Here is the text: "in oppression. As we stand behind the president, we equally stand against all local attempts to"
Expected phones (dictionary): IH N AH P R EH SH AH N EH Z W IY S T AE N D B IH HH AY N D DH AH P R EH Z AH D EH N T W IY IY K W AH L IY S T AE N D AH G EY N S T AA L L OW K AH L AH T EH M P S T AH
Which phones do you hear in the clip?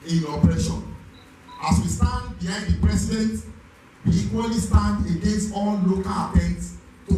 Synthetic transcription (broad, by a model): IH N AH P R EH SH AH N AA S W IY S T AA N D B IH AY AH P R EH S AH D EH N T W IY IY K W AH L IY S T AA N D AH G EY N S AA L L OW K AH L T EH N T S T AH